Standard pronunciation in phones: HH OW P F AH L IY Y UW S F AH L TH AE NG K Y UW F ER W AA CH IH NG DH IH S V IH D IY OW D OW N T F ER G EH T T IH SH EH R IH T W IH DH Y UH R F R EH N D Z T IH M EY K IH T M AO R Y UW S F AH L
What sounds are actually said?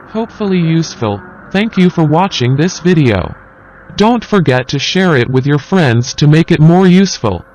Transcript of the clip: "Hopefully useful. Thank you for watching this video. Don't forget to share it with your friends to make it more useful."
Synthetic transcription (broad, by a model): HH OW P F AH L IY Y UW S F AH L TH AE NG K Y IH F ER W AA CH IH NG DH IH S V IH D IY OW D OW N T F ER G EH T T IH SH EH R IH T W IH DH Y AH R F R EH N D Z T IH M EY K IH T M AO R Y UW S F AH L